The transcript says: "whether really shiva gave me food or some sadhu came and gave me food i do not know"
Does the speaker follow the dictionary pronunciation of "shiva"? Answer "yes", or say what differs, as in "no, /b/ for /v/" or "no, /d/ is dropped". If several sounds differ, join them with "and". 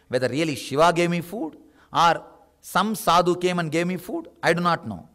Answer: yes